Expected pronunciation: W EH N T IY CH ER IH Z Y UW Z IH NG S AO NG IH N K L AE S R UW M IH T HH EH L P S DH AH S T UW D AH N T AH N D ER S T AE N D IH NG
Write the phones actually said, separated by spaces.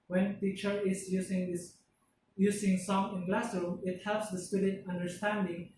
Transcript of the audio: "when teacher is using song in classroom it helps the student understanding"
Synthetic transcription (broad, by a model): W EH N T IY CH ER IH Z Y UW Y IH NG S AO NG IH N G L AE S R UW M IH T HH EH L P S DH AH S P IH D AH T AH N D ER S T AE N D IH NG